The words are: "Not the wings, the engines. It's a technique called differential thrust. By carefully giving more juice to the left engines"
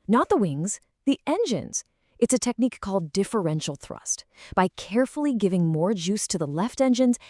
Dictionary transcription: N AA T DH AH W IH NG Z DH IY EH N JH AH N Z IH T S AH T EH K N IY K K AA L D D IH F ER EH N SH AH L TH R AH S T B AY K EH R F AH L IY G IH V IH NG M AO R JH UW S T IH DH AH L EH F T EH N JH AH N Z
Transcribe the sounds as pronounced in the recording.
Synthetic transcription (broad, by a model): N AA T DH AH W IH NG Z DH IY EH N JH AH N Z IH T S AH T EH K N IY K K AA L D D IH F ER EH N SH L TH R AH S T B AY K EH R F L IY G IH V IH NG M AO R JH UW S T IH DH AH L EH F T EH N JH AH N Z